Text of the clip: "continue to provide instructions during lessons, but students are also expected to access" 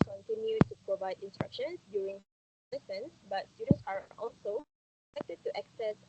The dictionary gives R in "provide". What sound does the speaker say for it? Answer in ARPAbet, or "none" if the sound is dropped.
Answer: R